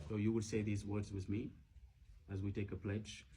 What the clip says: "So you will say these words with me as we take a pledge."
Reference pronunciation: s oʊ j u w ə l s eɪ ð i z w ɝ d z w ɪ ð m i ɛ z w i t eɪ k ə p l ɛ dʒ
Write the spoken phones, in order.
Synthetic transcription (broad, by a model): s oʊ j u w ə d s eɪ ð i z w ɝ d z w ɪ ð m i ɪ z w i t eɪ k ə p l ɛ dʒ